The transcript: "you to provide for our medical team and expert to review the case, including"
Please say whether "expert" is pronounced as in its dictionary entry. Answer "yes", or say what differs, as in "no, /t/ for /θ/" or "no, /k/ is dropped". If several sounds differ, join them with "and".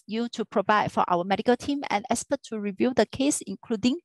no, /k/ is dropped